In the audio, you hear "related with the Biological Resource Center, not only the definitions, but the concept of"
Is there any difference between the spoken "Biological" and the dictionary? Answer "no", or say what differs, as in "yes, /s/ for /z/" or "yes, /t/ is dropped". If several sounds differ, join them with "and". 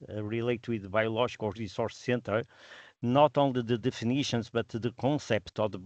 yes, /ʒ/ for /dʒ/